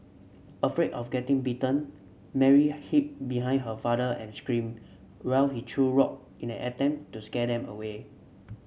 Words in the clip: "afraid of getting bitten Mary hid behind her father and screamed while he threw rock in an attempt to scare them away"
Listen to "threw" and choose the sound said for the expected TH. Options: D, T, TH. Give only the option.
T